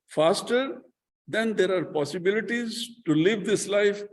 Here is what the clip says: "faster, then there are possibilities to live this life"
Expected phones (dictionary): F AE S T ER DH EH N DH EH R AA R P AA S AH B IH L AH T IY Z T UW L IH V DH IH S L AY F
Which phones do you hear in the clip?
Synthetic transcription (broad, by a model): F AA S T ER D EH N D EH R AA R P AA S AH B IH L AH T IY Z T UW L IH V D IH S L AY F